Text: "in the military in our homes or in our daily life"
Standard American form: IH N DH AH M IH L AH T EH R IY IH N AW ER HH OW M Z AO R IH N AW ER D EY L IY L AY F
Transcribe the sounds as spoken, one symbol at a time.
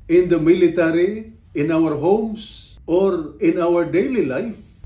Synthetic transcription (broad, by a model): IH N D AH M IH L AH T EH R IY IH N AW ER HH OW M S AO R IH N AW ER D EY L IY L AY F